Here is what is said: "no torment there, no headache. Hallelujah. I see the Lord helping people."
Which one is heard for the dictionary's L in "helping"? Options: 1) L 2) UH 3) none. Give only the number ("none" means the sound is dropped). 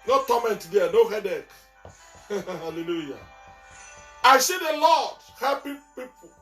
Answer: 3